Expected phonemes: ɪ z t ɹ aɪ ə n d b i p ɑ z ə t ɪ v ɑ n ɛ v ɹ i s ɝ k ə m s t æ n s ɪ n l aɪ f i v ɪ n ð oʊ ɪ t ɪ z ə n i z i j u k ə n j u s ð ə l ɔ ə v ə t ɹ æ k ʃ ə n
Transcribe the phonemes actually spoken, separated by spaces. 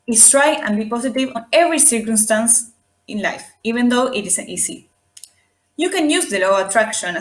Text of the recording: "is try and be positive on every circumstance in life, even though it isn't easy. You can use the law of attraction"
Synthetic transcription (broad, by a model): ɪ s t ɹ aɪ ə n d b i p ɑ s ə t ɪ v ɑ n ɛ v ɹ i s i k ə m s t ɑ n s ɪ n l aɪ f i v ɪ n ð oʊ ɪ t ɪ s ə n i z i j u k ə n j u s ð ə l ɔ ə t ɹ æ k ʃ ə n